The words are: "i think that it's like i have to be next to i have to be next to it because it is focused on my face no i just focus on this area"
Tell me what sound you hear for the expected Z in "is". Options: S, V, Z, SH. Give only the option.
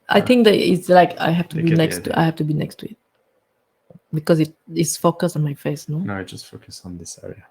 S